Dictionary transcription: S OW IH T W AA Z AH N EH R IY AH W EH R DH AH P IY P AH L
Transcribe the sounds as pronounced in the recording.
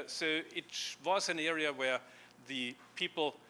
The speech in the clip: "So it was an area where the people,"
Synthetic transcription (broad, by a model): S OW IH T W AA Z AH N EH R IY AH W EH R DH AH P IY P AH L